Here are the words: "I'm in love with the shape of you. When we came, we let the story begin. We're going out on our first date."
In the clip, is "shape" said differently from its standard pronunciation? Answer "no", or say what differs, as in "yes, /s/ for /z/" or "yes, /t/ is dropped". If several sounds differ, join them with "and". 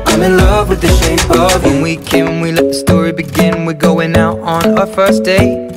yes, /p/ is dropped